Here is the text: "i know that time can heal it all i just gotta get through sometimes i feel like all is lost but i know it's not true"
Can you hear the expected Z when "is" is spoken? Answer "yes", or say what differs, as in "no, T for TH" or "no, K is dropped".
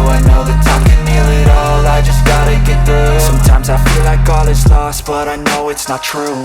no, S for Z